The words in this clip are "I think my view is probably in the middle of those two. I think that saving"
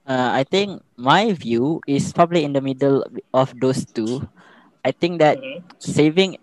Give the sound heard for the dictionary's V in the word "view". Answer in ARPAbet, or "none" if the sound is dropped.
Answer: V